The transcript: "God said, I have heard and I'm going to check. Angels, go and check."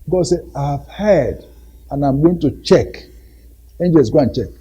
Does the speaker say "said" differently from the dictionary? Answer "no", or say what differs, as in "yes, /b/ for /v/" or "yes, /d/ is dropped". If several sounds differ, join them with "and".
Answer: yes, /d/ is dropped